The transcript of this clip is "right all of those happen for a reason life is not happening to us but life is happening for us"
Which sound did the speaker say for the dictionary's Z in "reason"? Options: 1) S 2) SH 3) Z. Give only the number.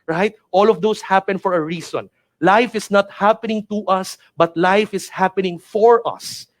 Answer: 1